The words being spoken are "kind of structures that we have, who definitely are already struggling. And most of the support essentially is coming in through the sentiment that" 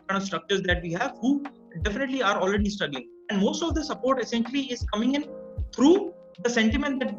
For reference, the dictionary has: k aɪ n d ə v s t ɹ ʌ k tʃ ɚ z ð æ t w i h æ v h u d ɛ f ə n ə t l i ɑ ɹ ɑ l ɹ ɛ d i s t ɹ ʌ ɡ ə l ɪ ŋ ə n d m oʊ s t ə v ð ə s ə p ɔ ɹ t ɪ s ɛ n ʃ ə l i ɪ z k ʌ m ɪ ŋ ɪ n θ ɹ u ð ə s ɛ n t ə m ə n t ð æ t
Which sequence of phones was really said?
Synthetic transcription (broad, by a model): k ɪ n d ə v s t ɹ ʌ k tʃ ɚ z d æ t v i h æ v h u d ɛ f ə n ə t l i ɑ ɹ ɑ l ɹ ɛ d i s t ʌ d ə ɪ ŋ ə n d m oʊ s t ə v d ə s ə p ɔ ɹ t ɪ s ɛ n ʃ ə l i ɪ z k ʌ m ɪ ŋ ɪ n t ɹ u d ə s ɛ n t ə m ə n t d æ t